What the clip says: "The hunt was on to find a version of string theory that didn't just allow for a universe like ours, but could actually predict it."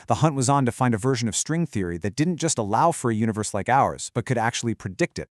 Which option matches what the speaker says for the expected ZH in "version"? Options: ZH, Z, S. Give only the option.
ZH